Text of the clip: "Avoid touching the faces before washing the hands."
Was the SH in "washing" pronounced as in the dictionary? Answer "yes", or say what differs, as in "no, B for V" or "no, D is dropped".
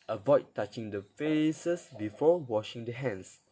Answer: yes